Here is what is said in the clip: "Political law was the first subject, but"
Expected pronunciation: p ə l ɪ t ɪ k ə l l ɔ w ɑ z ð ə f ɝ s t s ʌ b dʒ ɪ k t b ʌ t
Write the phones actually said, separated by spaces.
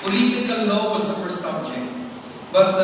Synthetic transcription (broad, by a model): p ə l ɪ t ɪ k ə l n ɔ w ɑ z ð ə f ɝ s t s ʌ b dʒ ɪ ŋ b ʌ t